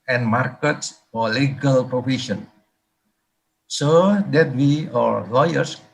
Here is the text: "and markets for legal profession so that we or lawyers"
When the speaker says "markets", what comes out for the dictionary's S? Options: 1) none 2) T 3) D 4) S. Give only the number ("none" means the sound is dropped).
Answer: 4